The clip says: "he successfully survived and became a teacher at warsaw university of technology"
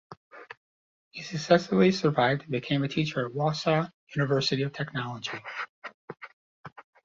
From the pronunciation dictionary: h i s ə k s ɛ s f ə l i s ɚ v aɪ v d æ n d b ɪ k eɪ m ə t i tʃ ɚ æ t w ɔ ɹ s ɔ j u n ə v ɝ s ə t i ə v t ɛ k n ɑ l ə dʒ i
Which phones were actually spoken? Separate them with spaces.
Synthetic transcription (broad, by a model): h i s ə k s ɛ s ə l i s ɚ v aɪ v d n b ɪ k eɪ m ə t i tʃ ɚ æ t w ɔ s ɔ j u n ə v ɝ s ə t i ə v t ɛ k n ɑ l ə dʒ i